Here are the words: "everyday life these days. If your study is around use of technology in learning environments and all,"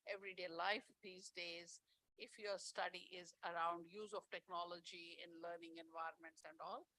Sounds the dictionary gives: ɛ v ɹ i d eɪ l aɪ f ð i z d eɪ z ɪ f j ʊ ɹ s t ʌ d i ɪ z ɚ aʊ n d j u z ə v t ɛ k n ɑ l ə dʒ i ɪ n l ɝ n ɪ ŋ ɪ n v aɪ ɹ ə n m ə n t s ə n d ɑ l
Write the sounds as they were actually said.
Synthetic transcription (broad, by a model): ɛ v ɹ i d eɪ l aɪ f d i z d eɪ z ɪ f j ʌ ɹ s t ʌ d i ɪ z ɚ aʊ n d j u z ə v t ɛ k n ɑ l ə dʒ i ɪ n l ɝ n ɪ ŋ ɪ n v aɪ ɹ ə n m ə n t s ə n d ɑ l